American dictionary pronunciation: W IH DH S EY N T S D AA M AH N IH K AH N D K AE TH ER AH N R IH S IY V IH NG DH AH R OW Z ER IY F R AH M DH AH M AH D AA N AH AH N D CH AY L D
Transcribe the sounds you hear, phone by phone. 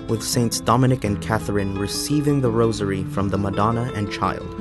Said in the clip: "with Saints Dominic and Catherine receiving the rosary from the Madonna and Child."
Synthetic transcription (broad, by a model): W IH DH S EY N T S D AA M AH N IH K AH N K AE TH ER AH N R IH S IY V IH NG DH AH R OW Z ER IY F R AH M DH AH M AH D AA N AH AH N CH AY L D